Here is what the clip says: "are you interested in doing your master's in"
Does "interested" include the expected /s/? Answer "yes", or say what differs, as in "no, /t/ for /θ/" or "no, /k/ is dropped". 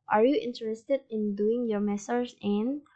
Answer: yes